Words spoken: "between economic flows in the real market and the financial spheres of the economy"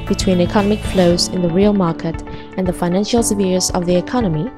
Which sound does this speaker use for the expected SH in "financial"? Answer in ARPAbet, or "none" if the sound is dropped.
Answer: SH